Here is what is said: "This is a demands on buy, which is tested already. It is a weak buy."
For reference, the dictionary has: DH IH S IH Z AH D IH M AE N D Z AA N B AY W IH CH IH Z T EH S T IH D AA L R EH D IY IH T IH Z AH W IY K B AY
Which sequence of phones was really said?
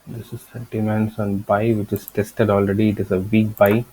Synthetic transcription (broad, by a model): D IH S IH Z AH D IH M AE N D S AA N B AY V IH CH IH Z T EH S T IH D AA L R EH D IY IH T IH Z AH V IY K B AY